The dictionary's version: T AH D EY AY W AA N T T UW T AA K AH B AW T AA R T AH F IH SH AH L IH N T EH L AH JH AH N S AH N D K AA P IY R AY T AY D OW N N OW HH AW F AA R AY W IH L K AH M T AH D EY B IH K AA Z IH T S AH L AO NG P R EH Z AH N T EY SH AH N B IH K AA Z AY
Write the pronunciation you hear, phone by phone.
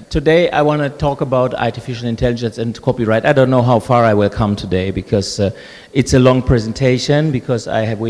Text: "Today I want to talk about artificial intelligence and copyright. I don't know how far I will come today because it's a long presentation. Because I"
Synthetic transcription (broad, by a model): T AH D EY AY W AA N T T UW T AA K AH B AW T AA R T AH F IH SH AH L IH N T EH L AH JH AH N S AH N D K AA P IY R AY T AY D OW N N OW HH AW F AA R AY W IH L K AH M T AH D EY B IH K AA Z IH T S AH L AO NG P R EH Z AH N T EY SH AH N B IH K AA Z AY